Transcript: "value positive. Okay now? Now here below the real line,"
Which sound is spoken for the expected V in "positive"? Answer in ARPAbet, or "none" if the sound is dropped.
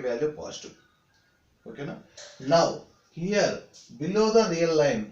none